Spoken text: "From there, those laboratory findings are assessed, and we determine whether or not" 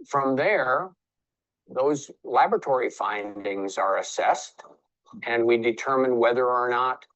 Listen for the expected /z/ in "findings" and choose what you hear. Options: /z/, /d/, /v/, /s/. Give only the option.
/z/